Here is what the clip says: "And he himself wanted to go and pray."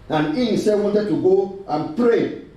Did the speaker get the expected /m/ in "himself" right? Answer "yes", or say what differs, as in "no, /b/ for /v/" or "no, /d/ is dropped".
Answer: no, /m/ is dropped